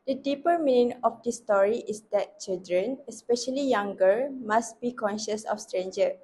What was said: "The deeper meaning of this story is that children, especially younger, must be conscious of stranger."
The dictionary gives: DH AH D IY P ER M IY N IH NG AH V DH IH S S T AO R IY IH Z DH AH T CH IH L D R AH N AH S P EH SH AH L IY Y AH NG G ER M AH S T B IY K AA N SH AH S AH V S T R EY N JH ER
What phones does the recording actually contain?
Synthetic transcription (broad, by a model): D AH D IY P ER M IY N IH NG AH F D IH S S T AO R IY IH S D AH T CH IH L D R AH N AH S P EH SH AH L IY Y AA NG G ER M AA S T B IY K AA N SH AH S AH F S T R EY N JH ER